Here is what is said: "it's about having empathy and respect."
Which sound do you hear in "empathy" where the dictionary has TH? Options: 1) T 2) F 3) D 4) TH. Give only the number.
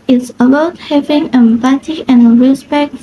1